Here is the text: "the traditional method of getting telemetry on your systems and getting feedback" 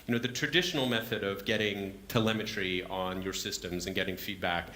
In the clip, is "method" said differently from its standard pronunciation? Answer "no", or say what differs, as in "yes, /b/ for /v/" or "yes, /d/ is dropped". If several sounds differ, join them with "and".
no